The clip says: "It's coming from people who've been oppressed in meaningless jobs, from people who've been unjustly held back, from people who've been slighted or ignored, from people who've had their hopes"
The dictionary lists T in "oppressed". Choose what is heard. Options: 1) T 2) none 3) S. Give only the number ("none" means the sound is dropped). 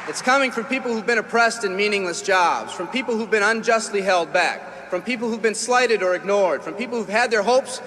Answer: 1